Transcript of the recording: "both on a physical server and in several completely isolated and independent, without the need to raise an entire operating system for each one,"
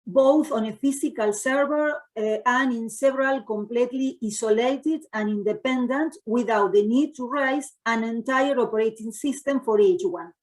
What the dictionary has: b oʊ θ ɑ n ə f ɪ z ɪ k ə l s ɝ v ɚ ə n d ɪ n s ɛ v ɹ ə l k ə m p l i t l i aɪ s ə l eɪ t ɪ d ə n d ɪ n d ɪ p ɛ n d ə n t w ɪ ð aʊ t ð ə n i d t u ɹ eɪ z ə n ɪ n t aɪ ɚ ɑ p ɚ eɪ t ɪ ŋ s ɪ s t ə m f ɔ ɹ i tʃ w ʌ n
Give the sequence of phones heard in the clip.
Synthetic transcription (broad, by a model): b oʊ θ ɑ n ə f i s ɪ k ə l s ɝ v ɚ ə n ɪ n s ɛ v ɹ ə l k ə m p l i t l i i s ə l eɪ t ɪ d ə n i n d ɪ p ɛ n d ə n t w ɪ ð aʊ t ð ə n i d t u ɹ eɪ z ə n ɪ n t aɪ ɚ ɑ p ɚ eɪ t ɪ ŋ s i s t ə m f ɔ ɹ i tʃ w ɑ n